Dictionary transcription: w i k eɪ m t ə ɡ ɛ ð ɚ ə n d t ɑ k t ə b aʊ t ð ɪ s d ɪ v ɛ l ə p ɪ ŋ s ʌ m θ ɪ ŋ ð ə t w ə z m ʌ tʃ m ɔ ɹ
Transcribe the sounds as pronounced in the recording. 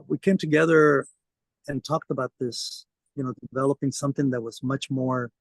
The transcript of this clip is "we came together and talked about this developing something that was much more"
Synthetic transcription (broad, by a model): w i k eɪ m t ə ɡ ɛ ð ɚ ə n t ɑ k t ə b aʊ t ð ɪ s d ɪ v ɛ l ə p ɪ ŋ s ʌ m θ ɪ ŋ ð ə t w ə z m ʌ tʃ m ɔ ɹ